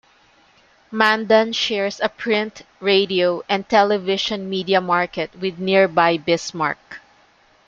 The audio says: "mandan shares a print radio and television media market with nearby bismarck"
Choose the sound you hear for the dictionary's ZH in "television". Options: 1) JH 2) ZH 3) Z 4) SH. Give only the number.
4